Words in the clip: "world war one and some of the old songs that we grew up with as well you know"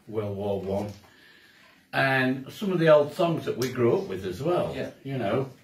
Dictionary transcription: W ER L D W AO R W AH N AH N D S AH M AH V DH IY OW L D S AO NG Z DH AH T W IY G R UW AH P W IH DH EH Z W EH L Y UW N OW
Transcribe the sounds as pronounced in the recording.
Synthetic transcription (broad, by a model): W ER L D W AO L W AH N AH N S AH M AH V DH IY OW L D S AO NG Z DH AH T W IY G R UW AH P W IH DH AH Z W EH L Y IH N OW